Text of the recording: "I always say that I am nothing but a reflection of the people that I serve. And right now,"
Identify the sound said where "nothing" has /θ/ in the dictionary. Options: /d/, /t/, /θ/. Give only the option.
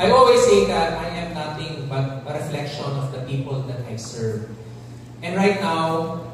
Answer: /t/